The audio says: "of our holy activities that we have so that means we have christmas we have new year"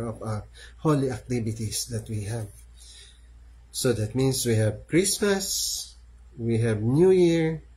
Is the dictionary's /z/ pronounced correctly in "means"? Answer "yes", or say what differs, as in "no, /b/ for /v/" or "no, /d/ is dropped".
no, /s/ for /z/